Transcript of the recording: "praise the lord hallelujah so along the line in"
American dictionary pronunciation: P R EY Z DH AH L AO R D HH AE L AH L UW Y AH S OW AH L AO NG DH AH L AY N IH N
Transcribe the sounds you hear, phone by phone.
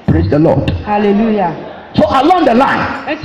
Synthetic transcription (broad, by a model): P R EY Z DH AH L AO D HH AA L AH L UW Y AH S OW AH L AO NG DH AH L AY IH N